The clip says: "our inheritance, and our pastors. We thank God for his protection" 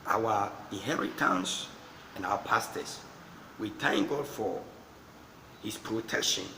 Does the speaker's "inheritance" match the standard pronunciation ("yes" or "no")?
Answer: yes